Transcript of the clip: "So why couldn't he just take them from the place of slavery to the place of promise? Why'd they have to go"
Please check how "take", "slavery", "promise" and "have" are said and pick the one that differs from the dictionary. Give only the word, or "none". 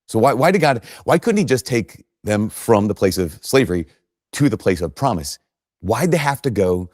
have